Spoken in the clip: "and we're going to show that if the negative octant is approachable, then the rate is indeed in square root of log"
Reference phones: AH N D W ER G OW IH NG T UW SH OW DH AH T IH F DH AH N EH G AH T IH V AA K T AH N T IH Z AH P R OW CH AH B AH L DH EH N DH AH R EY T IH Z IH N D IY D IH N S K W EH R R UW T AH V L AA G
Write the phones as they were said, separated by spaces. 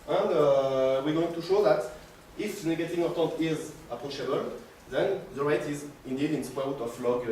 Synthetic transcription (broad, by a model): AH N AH W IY G OW IH NG T UW SH OW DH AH T IH F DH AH N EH G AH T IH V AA T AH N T IH Z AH P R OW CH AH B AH L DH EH N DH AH R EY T IH Z IH N D IY D IH N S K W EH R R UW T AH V L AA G